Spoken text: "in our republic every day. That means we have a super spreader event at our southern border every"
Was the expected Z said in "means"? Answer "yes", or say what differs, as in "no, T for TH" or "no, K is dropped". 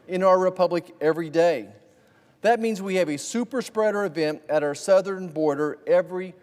yes